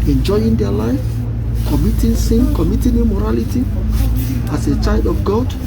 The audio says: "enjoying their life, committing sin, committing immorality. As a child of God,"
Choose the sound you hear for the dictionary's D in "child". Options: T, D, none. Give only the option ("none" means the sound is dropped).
D